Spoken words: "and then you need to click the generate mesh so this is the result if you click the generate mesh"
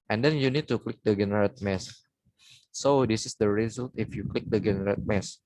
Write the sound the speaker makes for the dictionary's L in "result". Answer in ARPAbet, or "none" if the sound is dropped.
L